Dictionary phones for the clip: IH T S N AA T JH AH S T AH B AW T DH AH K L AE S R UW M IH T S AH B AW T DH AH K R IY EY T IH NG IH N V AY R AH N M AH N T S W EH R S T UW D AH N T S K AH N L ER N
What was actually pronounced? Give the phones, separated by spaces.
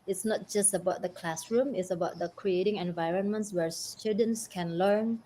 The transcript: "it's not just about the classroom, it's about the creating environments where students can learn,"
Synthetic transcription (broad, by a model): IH T S N AA T JH AH S T AH B AW T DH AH K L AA S R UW M IH T S AH B AW T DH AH K R IY EY T IH NG IH N V AY R AH N M AH N T S W EH R S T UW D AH N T S K AH N L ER N